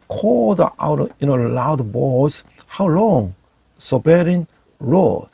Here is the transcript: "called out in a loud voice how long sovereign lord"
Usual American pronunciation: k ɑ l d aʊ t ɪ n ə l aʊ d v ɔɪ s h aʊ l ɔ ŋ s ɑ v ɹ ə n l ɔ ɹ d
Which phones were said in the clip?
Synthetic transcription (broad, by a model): k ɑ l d aʊ t ɪ n ə l aʊ d b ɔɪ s h aʊ l ɔ ŋ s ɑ b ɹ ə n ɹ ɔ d